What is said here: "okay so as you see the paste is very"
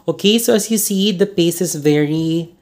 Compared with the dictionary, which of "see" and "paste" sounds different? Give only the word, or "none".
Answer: paste